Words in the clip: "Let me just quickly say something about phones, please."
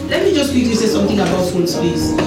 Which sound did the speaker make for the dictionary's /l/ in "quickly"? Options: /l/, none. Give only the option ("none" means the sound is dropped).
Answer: none